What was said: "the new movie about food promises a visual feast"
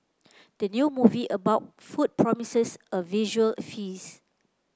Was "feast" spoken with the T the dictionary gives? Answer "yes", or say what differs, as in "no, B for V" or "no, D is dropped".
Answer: no, T is dropped